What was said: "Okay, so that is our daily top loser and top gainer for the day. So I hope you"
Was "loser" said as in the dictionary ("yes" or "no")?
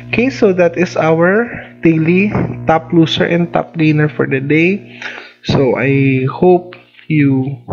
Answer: no